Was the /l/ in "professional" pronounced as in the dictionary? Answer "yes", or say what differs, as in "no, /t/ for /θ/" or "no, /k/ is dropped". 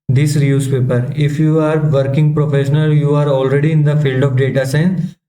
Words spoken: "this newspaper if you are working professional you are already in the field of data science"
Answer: yes